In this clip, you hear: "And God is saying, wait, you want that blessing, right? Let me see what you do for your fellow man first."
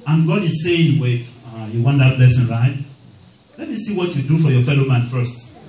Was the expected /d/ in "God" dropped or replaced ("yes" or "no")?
no